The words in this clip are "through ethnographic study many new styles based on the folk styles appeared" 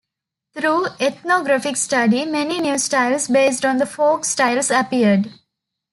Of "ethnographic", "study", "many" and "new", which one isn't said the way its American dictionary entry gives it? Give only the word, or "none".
ethnographic